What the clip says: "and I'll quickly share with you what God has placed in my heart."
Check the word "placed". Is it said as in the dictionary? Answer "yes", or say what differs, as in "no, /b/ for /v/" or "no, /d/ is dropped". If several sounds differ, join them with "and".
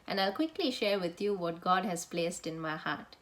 yes